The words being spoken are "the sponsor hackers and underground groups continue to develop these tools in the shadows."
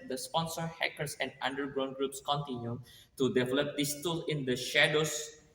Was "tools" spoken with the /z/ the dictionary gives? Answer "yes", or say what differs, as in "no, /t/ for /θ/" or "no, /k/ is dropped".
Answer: no, /z/ is dropped